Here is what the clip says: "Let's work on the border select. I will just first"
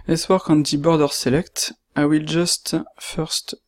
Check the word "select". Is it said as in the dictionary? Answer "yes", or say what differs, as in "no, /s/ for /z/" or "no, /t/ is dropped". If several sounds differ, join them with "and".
yes